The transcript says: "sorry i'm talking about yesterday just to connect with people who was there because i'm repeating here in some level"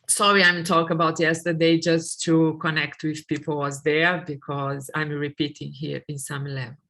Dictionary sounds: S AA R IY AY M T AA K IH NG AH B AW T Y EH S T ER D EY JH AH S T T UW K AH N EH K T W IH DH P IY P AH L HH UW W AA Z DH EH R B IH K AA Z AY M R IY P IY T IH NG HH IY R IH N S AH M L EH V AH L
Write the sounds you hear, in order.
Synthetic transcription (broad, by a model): S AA R IY AY M T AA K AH B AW T Y EH S T ER D EY JH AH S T T UW K AH N EH K T W IH DH P IY P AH L W AA Z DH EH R B IH K AA Z AY M R IY P IY T IH NG HH IY R IH N S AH M L EH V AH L